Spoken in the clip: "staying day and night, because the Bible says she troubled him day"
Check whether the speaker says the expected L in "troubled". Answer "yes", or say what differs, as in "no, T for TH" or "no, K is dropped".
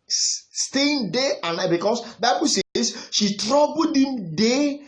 no, L is dropped